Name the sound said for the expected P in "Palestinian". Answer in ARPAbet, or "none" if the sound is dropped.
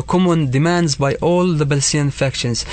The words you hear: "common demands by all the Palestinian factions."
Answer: B